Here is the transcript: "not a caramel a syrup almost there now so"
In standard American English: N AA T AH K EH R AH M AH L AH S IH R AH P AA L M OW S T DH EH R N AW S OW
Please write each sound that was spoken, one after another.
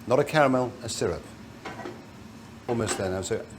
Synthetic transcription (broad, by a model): N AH T AH K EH R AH M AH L AH S IH R AH P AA L M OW S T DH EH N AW S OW